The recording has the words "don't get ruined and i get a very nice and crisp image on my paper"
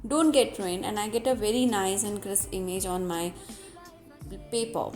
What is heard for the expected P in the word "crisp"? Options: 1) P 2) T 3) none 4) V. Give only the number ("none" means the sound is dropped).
3